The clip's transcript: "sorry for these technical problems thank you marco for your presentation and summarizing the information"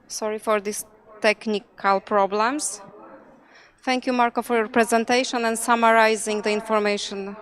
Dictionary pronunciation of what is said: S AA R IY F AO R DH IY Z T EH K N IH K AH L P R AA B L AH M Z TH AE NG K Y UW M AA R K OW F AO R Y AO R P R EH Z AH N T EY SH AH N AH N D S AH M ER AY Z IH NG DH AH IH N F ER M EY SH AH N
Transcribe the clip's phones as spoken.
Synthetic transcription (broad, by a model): S AA R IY F AO R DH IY S T EH K N IH K AH L P R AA B L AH M S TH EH NG K Y UW M AA R K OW F AO R Y AO R P R EH Z AH N T EY SH AH N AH N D S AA M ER AY Z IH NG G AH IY N F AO M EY SH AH N